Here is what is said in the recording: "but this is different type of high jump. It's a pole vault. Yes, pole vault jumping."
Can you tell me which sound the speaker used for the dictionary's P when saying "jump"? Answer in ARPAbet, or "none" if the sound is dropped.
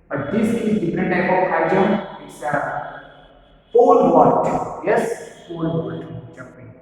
none